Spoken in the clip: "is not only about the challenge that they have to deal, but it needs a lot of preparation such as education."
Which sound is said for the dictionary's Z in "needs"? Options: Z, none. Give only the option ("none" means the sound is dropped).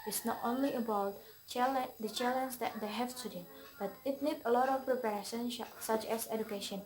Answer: none